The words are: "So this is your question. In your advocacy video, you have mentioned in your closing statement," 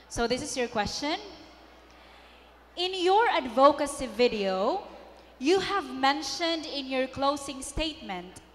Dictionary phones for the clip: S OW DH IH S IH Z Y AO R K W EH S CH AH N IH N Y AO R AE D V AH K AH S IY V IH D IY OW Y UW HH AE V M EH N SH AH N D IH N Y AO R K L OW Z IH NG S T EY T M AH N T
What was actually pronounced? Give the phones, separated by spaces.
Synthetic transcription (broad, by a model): S OW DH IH S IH S Y AO R K W EH S CH AH N IH N Y AO R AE D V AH K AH S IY V IH D IY OW Y UW HH AE V M EH N SH AH N D IH N Y AO R K L OW S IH NG S T EY T M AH N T